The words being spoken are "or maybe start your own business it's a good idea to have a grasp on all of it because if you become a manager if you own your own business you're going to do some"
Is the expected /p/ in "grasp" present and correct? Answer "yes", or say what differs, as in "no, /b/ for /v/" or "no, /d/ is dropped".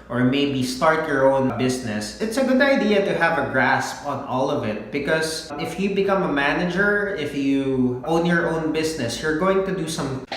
yes